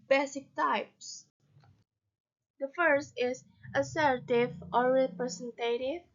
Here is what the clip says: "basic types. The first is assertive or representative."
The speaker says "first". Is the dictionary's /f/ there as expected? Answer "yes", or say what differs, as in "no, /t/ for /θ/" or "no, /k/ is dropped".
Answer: yes